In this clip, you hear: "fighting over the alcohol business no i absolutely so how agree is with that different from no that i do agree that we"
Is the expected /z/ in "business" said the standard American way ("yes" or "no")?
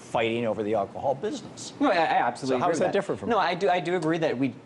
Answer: yes